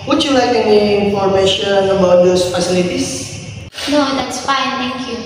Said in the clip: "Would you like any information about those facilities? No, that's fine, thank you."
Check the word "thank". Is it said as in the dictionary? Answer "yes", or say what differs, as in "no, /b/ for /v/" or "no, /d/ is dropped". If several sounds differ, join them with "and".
no, /t/ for /θ/